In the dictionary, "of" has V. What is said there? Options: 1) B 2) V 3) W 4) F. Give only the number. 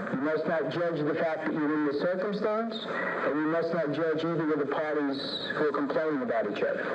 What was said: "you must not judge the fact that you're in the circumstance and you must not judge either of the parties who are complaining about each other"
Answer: 3